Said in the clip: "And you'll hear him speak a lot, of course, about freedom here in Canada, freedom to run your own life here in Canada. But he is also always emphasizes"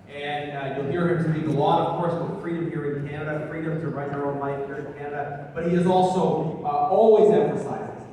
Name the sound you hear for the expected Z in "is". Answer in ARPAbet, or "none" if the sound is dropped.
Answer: Z